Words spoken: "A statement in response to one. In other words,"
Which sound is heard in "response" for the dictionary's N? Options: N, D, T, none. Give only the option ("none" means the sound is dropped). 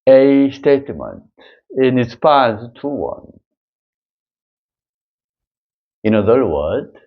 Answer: none